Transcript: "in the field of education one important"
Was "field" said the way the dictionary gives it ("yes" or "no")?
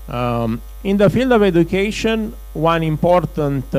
yes